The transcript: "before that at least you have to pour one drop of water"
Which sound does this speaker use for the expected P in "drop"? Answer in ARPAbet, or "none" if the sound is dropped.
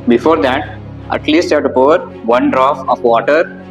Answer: F